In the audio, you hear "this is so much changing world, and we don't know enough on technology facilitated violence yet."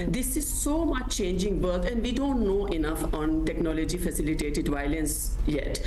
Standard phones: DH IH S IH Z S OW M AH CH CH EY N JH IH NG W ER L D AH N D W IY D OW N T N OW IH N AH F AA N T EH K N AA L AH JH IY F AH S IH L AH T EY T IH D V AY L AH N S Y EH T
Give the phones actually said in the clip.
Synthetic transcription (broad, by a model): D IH S IH Z S OW M AH CH CH EY N JH IH NG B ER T AH N D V IY D OW N T N OW IH N AH F AA N T EH K N AA L AH JH IY F AH S IH L AH T EY T IH D V AY L AH N S Y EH T